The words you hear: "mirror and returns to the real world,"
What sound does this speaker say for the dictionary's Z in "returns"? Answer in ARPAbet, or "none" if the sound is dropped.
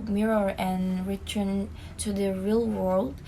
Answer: none